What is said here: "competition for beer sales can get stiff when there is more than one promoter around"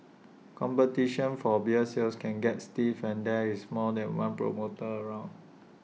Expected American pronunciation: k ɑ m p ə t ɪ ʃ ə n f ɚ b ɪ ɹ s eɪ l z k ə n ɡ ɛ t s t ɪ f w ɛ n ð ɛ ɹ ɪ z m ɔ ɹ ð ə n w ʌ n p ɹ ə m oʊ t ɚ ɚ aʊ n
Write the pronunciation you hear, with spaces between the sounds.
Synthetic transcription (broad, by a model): k ɑ m p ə t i ʃ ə n f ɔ b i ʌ s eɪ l s k ə n ɡ ɛ t s t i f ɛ n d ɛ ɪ s m ɔ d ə n w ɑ n p ɹ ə m oʊ t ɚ ɚ aʊ n